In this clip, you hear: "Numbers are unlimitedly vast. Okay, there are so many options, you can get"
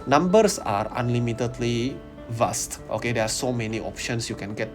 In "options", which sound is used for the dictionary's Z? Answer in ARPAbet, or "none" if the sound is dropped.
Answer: S